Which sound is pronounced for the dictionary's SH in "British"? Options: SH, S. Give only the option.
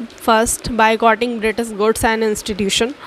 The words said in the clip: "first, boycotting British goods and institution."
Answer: S